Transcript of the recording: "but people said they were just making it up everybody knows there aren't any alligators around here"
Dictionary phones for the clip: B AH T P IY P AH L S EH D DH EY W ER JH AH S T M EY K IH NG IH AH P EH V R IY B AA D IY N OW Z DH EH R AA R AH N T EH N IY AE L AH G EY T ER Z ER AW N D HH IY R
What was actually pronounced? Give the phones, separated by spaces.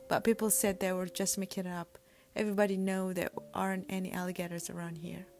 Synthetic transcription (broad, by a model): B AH T P IY P L S EH D DH EY W ER JH AH S T M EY K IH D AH P EH V R IY B AA D IY N OW DH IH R AA R AH N T EH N IY AE L AH G EY T ER Z ER AW N D HH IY R